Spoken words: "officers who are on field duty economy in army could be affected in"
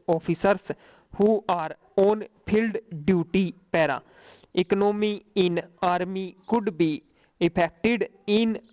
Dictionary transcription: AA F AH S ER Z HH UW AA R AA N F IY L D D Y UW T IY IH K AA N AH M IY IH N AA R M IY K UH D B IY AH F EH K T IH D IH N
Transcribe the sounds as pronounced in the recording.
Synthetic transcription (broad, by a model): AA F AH S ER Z HH UW AA R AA N P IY L D D Y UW T IY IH K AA N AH M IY IH N AA R M IY K UH D B IY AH P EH K T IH D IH N